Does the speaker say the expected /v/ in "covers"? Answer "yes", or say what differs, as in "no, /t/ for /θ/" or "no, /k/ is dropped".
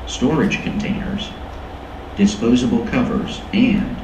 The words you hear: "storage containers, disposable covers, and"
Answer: yes